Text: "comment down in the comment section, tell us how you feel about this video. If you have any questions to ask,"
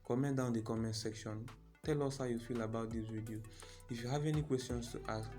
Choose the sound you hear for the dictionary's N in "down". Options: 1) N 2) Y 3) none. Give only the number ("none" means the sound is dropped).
3